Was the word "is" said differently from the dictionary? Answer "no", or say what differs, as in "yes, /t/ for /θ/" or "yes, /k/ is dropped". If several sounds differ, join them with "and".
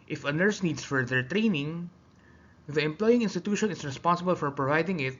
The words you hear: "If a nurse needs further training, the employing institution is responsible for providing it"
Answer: yes, /s/ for /z/